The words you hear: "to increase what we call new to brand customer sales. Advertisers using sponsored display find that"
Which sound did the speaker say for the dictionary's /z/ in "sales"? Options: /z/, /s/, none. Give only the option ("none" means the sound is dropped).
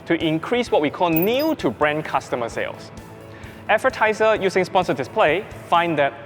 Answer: /s/